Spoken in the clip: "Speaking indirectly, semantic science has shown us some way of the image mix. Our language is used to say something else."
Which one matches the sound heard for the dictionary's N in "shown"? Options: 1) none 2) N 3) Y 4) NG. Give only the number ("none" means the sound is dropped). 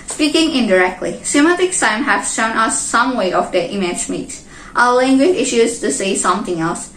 2